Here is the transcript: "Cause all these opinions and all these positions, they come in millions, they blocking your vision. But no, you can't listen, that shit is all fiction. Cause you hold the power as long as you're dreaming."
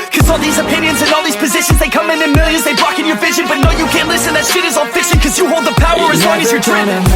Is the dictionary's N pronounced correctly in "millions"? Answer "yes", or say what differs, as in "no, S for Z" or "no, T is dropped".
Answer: no, N is dropped